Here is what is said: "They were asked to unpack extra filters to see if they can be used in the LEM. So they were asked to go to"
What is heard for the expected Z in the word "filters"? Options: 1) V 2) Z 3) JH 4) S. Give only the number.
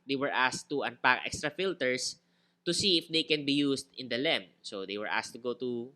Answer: 4